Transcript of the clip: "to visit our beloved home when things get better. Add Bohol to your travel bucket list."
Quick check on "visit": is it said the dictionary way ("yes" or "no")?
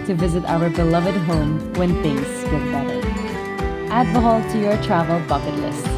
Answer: yes